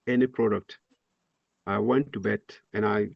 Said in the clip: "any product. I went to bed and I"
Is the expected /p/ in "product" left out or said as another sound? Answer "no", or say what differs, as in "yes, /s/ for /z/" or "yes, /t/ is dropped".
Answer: no